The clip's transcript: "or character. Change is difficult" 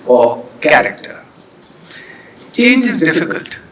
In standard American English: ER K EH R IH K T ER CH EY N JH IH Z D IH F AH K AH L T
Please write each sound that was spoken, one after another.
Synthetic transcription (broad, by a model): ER K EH R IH K T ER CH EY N IH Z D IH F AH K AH L T